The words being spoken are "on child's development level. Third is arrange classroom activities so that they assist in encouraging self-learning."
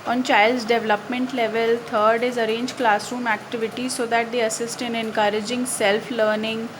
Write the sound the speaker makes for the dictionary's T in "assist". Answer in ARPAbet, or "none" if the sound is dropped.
T